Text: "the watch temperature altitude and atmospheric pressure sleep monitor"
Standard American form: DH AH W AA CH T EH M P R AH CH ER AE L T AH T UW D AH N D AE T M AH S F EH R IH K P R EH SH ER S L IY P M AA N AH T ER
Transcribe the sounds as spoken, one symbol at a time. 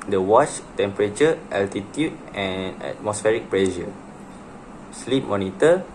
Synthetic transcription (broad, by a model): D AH W AA CH T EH M P R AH CH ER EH L T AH T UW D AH N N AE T M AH S F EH R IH K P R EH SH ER S L IY P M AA N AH T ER